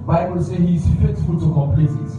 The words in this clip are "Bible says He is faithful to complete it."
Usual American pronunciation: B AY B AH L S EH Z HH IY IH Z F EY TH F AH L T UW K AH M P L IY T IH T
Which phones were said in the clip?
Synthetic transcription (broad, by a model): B AY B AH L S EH HH IY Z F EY S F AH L T UW K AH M P L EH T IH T